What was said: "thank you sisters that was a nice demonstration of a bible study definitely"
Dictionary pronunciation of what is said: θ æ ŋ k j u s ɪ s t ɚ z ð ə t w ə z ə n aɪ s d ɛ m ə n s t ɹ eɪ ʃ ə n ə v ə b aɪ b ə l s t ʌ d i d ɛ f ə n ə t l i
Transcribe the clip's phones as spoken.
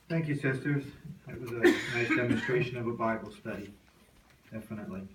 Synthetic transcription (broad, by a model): θ æ ŋ k j u s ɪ s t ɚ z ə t w ə z ə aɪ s d ɛ m ə n s t ɹ eɪ ʃ ə n ə v ə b aɪ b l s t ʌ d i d ɛ f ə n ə t l i